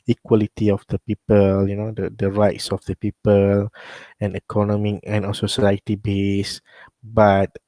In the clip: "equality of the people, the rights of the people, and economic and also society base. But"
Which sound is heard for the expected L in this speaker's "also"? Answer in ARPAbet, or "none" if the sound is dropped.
none